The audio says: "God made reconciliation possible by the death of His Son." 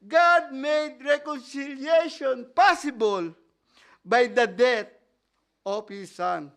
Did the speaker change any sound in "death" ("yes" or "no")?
yes